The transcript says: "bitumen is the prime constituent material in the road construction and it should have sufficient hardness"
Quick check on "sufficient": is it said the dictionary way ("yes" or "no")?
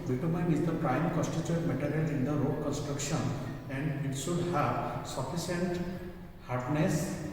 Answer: no